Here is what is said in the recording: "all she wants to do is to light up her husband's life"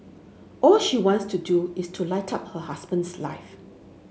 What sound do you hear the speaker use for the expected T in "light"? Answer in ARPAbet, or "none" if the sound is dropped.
T